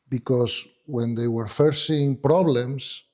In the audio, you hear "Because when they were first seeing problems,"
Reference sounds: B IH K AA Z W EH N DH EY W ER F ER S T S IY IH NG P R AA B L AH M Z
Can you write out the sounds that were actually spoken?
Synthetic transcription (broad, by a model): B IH K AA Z W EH N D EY W ER F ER T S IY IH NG P R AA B L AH M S